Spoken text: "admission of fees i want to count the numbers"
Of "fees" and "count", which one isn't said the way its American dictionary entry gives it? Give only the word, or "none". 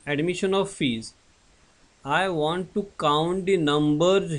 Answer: none